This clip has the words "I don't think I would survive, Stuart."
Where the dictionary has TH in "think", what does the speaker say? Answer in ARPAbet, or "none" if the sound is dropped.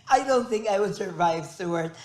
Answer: TH